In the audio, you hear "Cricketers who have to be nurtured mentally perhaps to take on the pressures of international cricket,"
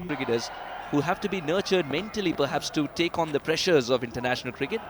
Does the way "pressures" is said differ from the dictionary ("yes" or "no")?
no